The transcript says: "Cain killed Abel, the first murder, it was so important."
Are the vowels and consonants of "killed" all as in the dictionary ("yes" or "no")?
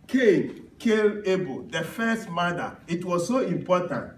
no